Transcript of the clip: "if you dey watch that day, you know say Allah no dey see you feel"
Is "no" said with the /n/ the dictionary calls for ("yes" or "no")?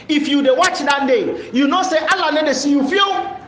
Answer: no